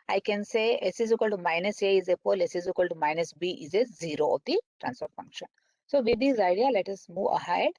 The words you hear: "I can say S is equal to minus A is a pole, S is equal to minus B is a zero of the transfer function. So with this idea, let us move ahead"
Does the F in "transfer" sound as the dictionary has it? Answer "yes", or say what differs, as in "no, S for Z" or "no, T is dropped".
no, P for F